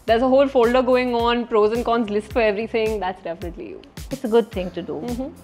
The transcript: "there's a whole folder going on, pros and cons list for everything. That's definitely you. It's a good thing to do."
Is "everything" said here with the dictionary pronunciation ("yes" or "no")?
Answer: no